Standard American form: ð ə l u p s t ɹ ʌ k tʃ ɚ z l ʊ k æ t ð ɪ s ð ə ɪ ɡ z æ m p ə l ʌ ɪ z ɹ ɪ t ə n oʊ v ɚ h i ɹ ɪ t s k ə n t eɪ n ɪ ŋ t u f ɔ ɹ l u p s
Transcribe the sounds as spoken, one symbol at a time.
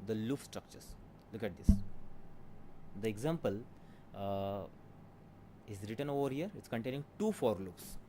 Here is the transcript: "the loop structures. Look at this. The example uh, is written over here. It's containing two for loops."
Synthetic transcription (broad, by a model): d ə l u f s t ɹ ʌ k tʃ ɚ s l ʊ k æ t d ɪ s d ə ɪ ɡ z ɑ m p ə l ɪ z ɹ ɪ t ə n oʊ v ɚ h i ɹ ɪ t s k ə n t eɪ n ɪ ŋ t u f ɔ ɹ l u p s